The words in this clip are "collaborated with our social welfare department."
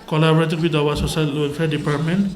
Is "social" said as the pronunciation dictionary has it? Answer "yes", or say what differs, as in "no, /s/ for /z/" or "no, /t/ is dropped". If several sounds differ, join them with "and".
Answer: no, /s/ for /ʃ/